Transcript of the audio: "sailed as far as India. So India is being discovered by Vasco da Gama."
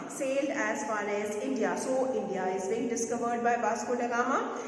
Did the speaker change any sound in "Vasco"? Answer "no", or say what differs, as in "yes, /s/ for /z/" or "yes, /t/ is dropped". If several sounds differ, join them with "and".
yes, /b/ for /v/